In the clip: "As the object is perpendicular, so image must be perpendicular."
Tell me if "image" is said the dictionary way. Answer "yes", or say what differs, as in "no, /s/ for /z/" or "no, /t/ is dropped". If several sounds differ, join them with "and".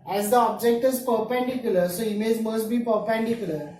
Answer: no, /z/ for /dʒ/